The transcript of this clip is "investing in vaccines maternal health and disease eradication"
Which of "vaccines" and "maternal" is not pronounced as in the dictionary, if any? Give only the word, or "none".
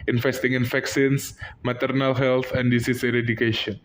vaccines